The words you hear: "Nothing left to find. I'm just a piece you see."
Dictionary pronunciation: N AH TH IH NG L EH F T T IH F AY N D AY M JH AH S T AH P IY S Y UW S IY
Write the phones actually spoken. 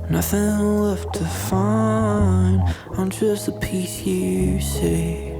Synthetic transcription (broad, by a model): N AH TH IH NG L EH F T T IH F AY N AY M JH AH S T AH P IY S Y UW S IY